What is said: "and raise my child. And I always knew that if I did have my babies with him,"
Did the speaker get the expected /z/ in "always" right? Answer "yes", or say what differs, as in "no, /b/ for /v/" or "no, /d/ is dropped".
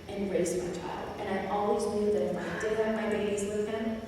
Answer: yes